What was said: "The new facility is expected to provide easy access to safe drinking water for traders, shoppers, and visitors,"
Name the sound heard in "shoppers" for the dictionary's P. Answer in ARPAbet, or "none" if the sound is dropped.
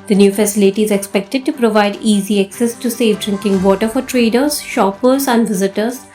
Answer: P